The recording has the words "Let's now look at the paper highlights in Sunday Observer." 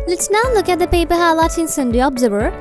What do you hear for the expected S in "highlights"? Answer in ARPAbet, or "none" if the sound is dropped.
none